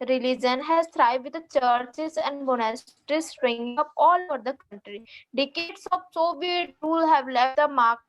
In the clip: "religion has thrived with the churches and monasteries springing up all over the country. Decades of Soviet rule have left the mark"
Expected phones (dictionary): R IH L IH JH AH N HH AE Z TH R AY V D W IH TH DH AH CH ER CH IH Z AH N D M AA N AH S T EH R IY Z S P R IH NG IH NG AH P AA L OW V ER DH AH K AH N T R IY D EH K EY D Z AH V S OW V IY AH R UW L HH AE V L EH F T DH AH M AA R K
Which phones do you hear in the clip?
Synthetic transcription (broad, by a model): R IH L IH JH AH N HH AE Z T R AY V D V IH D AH CH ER CH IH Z AH N D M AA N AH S T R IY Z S R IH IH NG AH P AA L OW V ER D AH K AH N T R IY D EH K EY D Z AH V S OW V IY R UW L HH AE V L EH F T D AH M AA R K